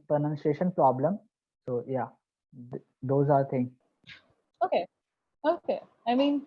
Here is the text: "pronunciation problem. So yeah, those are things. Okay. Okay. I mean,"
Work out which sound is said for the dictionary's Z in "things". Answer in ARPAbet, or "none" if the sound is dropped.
none